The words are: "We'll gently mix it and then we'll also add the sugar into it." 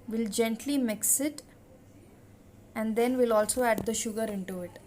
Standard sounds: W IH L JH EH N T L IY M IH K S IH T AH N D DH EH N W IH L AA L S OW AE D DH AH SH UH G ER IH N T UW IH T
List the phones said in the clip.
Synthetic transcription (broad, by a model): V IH L JH EH N T L IY M IH K S IH T AH N D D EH N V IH L AA L S OW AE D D AH SH UH G ER IH N T UW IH T